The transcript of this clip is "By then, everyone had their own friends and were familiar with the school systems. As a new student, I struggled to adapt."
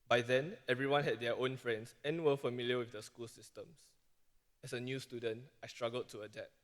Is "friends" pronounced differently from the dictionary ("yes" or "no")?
yes